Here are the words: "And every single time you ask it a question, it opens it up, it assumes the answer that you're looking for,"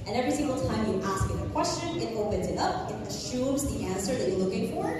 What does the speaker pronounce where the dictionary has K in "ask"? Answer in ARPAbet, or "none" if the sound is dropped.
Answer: K